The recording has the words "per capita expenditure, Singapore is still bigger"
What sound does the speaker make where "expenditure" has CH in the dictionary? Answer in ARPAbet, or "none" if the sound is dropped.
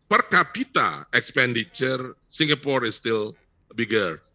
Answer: CH